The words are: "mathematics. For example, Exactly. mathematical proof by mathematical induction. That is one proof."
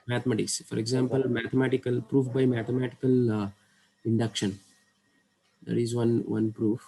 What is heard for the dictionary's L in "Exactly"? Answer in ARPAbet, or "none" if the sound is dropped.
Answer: none